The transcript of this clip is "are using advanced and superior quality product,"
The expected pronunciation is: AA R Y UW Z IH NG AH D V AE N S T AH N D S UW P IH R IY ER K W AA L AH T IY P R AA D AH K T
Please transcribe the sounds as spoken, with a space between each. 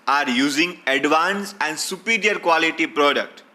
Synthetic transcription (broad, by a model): AA R Y UW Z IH NG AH D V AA N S AH N D S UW P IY R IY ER K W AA L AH T IY P R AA D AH K T